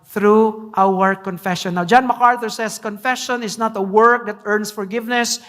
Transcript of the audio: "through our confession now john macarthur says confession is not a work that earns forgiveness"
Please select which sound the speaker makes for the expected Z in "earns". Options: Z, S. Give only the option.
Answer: S